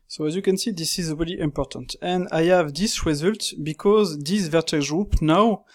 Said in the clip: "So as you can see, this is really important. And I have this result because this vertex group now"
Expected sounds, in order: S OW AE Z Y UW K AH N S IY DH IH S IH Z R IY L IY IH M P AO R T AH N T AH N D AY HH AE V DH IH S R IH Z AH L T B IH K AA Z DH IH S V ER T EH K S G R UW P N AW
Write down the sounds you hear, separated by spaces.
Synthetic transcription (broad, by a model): S OW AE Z Y UW K AH N S IY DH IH S IH Z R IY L IY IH M P AO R T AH N T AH N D AY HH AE V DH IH S R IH Z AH L T B IH K AA Z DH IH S V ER T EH G R UW P N AW